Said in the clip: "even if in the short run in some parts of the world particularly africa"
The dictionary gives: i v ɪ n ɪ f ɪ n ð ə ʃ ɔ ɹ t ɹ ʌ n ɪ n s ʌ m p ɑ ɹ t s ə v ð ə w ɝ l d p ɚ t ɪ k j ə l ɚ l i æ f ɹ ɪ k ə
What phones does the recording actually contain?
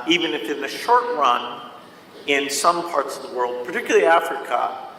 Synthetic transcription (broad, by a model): i v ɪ n ɪ f ɪ n ð ə ʃ ɔ ɹ t ɹ ʌ n ɪ n s ʌ m p ɑ ɹ t s ə v ð ə w ɝ l d p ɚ t ɪ k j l l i æ f ɹ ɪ k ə